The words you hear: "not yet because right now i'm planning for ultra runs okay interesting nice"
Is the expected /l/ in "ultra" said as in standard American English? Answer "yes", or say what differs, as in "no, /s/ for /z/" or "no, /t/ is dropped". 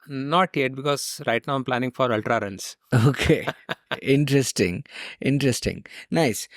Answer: yes